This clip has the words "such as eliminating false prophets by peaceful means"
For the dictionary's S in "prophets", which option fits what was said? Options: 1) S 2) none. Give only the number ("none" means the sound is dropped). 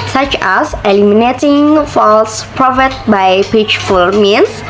2